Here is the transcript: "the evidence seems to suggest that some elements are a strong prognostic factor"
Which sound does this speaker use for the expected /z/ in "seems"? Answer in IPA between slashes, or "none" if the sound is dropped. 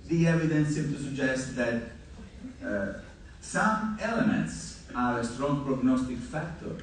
none